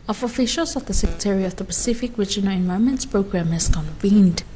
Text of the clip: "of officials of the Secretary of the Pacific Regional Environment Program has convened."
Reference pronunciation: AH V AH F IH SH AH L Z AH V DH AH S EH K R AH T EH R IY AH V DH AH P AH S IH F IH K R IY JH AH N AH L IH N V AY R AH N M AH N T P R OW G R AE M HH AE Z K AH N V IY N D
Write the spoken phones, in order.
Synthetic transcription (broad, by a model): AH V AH F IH SH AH L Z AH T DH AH S EH K R AH T EH R IY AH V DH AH P AH S IH F IH K R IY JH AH N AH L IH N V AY AH M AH N T P R OW G R AE M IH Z K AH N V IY N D